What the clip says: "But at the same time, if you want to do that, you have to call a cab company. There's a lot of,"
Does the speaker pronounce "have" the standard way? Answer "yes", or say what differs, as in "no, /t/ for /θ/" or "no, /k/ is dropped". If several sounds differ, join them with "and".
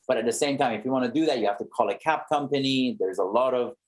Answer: no, /f/ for /v/